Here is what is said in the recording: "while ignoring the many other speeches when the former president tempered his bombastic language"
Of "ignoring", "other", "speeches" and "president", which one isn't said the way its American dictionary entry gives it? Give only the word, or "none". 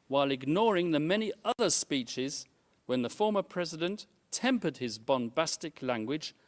none